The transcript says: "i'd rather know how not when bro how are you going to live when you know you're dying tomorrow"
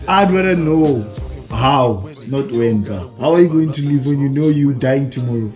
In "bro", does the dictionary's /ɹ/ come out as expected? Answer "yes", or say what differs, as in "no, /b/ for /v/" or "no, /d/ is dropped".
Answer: no, /ɹ/ is dropped